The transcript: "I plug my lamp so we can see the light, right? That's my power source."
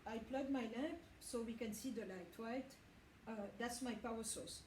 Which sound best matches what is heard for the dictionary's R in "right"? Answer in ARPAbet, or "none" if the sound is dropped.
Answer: W